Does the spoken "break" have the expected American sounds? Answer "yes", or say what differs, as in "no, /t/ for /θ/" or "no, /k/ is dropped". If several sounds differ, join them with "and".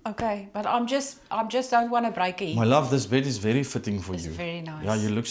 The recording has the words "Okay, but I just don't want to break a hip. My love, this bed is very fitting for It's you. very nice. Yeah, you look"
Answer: no, /k/ is dropped